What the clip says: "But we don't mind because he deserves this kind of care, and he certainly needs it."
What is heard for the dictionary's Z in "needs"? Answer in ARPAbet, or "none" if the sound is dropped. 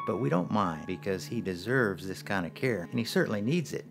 Z